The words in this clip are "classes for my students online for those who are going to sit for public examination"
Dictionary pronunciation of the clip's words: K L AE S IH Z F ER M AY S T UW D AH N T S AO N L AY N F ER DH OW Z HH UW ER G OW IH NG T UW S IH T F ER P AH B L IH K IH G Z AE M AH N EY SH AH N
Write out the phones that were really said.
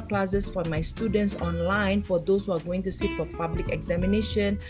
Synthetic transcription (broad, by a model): K L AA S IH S F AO M AY S T UW D AH N T S AO N L AY N F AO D OW S HH UW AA G OW IH NG T UW S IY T F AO P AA B L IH K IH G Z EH M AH N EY SH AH N